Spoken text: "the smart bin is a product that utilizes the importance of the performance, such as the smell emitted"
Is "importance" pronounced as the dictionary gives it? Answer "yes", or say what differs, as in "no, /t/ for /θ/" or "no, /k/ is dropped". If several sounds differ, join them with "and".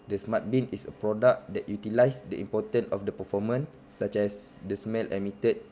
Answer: no, /s/ is dropped